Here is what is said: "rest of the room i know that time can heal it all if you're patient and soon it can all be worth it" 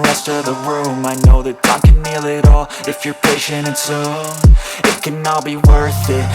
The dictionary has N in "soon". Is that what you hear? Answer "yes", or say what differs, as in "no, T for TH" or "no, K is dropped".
no, N is dropped